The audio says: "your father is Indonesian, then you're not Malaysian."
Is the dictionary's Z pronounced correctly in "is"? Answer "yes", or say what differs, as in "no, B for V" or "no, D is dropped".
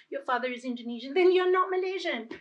yes